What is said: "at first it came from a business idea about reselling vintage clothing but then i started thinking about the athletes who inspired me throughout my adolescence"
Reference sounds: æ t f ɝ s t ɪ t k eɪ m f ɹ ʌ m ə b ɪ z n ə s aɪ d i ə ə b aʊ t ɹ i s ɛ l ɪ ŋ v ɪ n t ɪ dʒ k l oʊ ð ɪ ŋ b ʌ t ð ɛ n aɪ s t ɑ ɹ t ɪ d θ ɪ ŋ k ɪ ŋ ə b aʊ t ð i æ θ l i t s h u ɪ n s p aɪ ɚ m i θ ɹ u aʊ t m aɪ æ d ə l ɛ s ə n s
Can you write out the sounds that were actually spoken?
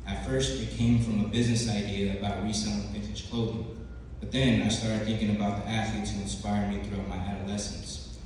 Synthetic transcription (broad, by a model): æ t f ɝ s t ɪ t k eɪ m f ɹ ʌ m ə b ɪ z n ə s aɪ d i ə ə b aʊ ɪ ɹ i s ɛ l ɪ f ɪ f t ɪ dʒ k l oʊ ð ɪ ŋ b ʌ t ð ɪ n aɪ s t ɑ ɹ t ɪ d θ ɪ ŋ k ɪ ŋ ə b aʊ t ð i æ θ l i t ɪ ɪ n s p aɪ ɚ m i θ ɹ u aʊ t m aɪ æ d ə l ɛ s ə n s